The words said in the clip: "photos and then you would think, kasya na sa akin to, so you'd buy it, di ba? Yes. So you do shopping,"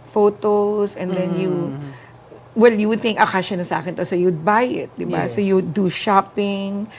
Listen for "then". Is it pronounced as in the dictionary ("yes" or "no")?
no